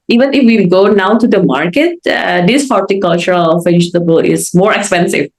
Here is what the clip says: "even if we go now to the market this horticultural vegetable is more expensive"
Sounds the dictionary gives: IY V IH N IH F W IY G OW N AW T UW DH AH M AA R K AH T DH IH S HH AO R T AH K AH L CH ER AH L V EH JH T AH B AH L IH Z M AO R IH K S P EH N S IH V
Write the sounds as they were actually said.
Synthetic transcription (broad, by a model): IY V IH N IH F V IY G OW N AW T UW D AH M AA R K AH T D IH S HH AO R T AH K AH L CH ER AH L F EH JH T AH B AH L IH Z M AO R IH K S P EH N S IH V